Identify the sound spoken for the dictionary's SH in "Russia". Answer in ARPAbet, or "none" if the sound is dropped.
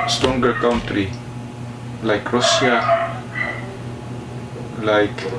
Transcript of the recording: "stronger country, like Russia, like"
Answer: S